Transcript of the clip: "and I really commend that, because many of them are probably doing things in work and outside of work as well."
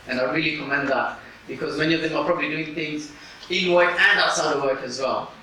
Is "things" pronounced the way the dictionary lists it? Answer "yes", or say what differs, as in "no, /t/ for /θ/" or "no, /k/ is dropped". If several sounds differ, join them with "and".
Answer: yes